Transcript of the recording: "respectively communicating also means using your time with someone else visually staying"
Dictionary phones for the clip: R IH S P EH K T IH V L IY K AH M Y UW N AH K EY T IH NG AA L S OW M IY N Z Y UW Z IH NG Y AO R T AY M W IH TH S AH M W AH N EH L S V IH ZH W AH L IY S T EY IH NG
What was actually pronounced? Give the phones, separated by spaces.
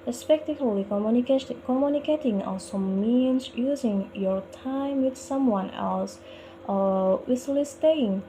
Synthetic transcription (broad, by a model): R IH S P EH K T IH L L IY K AH M Y UW N AH K EY T IH NG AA S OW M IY N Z Y UW Z IH NG Y AO R T AY M W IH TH S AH M W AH N EH L S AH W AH L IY S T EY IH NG